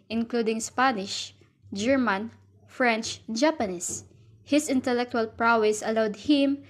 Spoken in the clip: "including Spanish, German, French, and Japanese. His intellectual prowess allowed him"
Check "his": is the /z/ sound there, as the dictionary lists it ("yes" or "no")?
no